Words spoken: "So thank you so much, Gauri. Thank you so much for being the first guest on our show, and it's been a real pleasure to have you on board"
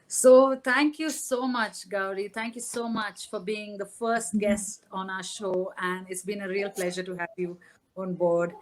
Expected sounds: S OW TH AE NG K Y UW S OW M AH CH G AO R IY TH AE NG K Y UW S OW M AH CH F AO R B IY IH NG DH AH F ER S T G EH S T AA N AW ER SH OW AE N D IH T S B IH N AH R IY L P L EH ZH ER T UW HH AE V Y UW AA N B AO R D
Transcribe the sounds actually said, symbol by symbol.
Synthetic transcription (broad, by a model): S OW T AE NG K Y UW S OW M AH CH G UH R IY T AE NG K Y UW S OW M AH CH F AO R B IY IH NG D AH F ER S T G EH S T AA N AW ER SH OW AE N D IH T S B IH N AH R IY L P L EH ZH ER T UW HH AE V Y UW AA N B AO R D